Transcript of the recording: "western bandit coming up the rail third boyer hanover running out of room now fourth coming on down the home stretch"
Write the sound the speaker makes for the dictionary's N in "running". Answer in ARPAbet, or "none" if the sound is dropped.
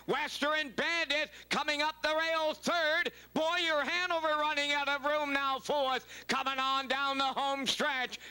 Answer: N